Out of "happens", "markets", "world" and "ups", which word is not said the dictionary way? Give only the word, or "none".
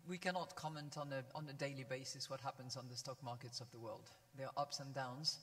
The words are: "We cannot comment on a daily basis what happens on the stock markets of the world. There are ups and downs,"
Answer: none